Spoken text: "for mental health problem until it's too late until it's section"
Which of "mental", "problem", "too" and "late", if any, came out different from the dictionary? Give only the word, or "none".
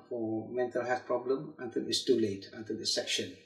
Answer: none